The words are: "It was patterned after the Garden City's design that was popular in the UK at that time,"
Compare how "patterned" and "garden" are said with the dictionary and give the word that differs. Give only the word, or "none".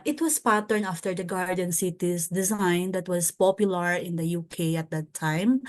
patterned